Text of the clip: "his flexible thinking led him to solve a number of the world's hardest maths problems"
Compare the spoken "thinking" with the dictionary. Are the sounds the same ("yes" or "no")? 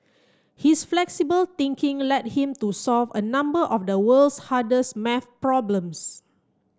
no